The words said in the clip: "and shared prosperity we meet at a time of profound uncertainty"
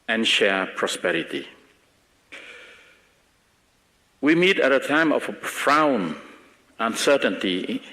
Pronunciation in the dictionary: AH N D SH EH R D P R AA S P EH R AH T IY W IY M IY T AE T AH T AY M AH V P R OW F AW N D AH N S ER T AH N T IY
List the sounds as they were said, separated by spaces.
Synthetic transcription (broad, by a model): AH N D SH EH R P R AA S P EH R AH T IY W IY M IY T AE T AH T AY M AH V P R AW N AH N S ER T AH N T IY